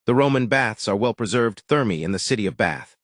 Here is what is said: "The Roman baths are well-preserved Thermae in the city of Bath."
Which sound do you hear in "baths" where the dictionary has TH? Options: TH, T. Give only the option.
TH